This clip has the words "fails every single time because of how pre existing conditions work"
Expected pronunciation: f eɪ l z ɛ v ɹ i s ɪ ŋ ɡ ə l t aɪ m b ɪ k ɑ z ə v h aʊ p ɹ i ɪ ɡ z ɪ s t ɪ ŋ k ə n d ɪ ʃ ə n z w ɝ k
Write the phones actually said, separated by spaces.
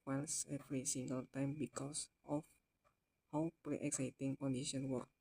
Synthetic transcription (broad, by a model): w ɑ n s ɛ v ɹ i s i ŋ ɡ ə l t aɪ m b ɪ k ɑ s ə f h aʊ p ɹ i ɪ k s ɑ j t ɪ ŋ k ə n d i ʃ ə n w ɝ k